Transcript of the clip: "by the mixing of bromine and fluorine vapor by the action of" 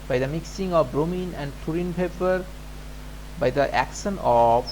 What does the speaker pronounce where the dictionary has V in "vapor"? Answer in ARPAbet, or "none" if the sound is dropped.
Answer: P